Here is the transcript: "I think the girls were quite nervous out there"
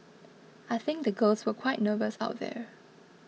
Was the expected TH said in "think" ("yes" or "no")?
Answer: yes